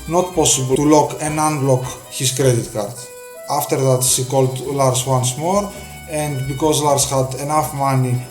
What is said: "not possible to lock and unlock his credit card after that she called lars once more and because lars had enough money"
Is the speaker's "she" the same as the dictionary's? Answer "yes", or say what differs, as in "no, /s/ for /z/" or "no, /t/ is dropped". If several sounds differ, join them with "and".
no, /s/ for /ʃ/